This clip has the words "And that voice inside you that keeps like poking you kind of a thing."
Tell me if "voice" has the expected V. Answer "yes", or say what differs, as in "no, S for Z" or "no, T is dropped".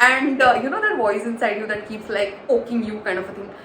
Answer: no, B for V